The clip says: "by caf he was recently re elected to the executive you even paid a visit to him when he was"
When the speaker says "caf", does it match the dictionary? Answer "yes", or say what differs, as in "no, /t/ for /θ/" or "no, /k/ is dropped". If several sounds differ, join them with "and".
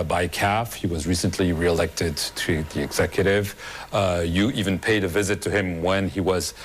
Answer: yes